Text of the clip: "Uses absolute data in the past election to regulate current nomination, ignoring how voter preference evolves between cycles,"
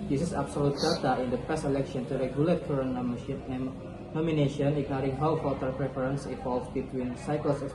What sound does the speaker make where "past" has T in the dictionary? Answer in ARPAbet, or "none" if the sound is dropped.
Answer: none